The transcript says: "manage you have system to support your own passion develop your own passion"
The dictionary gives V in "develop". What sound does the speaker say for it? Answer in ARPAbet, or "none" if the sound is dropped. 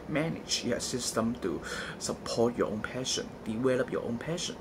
W